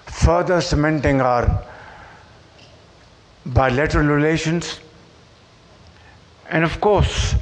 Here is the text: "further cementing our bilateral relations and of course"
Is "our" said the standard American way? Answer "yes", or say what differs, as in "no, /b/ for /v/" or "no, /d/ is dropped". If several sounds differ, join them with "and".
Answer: yes